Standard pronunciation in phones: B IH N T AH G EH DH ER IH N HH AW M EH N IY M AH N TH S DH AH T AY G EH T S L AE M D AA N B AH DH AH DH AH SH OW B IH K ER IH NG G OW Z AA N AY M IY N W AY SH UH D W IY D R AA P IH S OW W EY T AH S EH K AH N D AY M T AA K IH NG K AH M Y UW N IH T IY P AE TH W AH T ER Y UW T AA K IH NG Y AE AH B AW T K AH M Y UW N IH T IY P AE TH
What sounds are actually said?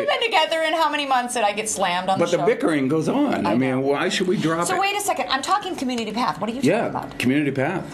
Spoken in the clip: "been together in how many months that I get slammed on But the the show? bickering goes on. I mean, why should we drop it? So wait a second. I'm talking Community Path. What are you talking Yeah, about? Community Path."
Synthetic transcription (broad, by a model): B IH N T AH G EH DH ER IH N HH AW M EH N IY M AH N TH S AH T AY G EH T S L AE M D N B AH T DH AH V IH K ER IH NG G OW Z N AY M IY N W AY SH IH D W IY D R AA P S OW W EY T AH S EH K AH N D AY M T AA K IH NG K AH M Y UW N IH T IY P AE TH W AH T ER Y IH Y AE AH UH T K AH M Y UW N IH T IY P AE TH